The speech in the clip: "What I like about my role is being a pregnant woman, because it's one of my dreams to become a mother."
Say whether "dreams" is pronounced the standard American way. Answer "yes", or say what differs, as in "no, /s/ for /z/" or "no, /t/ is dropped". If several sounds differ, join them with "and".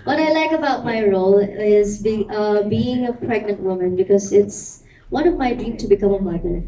no, /z/ is dropped